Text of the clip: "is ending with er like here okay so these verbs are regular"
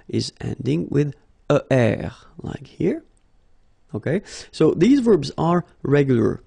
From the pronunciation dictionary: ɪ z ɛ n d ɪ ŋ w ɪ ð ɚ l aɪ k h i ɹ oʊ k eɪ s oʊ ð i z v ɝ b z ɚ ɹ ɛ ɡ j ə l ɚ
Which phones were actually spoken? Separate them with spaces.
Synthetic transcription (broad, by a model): ɪ z ɛ n d ɪ ŋ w ɪ ð ɚ l aɪ k h i ɹ oʊ k eɪ s oʊ ð i z v ɝ b z ɚ ɹ ɛ ɡ j l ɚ